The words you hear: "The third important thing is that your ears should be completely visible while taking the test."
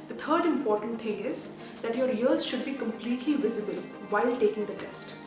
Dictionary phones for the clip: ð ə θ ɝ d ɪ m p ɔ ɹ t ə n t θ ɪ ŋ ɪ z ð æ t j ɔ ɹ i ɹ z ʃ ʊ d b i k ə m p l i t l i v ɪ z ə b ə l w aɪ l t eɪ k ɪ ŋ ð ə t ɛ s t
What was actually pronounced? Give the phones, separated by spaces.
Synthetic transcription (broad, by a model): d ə t ɝ d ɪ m p ɔ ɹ t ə n t t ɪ ŋ ɪ z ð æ t j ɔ ɹ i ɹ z ʃ ʊ d b i k ə m p l i t l i v ɪ z ə b ə l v aɪ l t eɪ k ɪ ŋ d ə t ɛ s t